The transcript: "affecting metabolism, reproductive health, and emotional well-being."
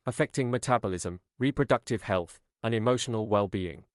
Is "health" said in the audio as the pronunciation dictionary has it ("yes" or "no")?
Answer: yes